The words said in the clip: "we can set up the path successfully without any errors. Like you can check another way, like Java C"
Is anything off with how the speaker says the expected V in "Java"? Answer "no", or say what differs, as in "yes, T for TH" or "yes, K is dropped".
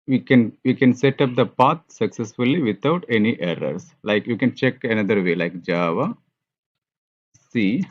no